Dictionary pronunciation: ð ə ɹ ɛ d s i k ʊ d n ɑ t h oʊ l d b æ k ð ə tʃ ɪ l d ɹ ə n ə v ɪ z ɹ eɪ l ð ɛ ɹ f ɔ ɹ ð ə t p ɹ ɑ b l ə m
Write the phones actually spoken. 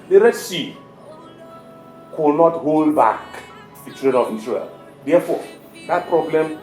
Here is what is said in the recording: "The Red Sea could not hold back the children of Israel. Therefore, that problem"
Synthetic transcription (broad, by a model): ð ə ɹ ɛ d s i k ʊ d n ɑ t h oʊ l d b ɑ k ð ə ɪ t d ɹ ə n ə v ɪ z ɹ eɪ l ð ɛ f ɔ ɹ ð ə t p ɹ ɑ b l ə m